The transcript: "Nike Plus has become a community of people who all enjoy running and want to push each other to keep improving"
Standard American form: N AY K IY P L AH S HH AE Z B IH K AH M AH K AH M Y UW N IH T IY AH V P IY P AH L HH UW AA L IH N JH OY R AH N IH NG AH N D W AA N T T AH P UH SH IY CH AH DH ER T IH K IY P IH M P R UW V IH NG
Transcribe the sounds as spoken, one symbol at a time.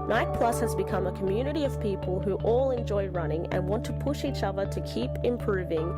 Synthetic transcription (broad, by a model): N AY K P L AH S HH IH Z B IH K AH M AH K AH M Y UW N IH T IY AH V P IY P AH L HH UW AA L IH N JH OY R AH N IH NG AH N W AA N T T AH P UH SH IY CH AH DH ER T IH K IY P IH M P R UW V IH NG